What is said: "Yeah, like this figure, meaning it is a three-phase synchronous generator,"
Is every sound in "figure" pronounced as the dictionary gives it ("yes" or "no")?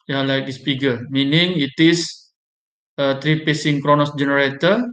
no